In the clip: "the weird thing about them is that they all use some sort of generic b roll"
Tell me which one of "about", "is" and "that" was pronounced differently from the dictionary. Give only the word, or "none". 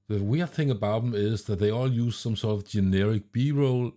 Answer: none